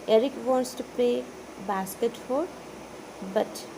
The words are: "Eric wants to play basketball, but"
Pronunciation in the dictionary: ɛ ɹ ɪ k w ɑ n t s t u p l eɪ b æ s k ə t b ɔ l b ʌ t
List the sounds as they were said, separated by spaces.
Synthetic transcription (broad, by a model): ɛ ɹ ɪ k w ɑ n t s t u p eɪ b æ s k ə t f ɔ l b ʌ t